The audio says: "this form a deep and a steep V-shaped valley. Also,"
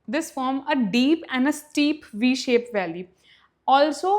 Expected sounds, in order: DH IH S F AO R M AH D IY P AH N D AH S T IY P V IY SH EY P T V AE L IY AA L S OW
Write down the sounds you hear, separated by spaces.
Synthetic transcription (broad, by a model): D IH S F AO R M AH D IY P AH N D AH S T IY P V IY SH EY P V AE L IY AA L S OW